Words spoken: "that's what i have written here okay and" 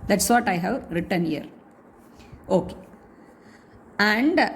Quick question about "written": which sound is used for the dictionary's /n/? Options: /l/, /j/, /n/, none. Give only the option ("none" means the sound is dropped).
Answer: /n/